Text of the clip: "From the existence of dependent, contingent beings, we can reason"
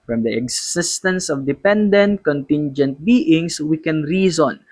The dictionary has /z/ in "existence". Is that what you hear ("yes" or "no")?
no